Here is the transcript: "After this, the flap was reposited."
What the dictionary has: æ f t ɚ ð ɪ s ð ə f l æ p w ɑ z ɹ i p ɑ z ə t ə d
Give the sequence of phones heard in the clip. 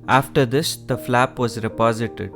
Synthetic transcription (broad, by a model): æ f t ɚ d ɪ s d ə f l æ p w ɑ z ɹ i p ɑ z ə t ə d